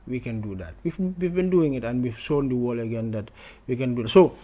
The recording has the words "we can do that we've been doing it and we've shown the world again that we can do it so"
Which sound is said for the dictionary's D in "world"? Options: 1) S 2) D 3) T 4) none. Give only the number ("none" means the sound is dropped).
4